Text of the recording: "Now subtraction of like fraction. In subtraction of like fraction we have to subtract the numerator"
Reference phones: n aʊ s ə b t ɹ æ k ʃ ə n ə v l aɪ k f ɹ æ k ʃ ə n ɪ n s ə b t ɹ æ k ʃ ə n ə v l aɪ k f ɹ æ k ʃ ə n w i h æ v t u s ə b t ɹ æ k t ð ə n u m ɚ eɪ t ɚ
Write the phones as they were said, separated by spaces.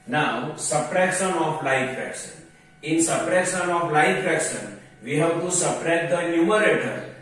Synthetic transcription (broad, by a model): n aʊ s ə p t ɹ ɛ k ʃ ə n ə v l aɪ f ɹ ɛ k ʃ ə n ɪ n s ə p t ɹ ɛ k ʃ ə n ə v l aɪ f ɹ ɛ k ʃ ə n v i h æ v t u s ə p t ɹ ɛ t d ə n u m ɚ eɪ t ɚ